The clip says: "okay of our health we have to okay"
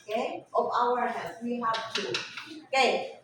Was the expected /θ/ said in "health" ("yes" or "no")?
no